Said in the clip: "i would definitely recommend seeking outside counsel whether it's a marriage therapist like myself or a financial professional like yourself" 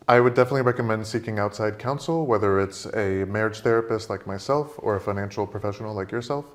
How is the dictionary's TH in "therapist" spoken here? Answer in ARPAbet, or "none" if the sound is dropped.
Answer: TH